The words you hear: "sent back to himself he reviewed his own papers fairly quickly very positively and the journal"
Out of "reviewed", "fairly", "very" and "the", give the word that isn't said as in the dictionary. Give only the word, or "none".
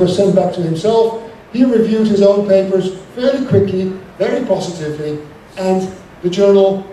fairly